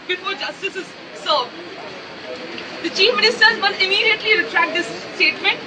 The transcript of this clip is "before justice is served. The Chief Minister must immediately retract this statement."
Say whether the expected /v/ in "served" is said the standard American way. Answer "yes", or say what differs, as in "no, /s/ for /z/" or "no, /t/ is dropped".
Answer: no, /v/ is dropped